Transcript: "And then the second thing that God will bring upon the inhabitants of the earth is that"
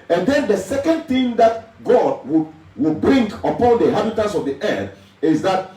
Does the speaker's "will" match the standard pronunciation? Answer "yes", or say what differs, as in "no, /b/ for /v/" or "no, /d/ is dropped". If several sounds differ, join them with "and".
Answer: no, /w/ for /l/